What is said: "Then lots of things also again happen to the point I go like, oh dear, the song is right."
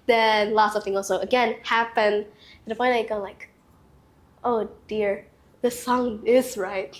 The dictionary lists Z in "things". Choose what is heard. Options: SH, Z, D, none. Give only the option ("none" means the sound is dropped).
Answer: none